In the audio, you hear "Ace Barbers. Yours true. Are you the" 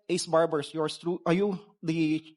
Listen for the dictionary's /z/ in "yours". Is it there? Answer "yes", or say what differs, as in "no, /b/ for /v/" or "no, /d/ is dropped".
no, /s/ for /z/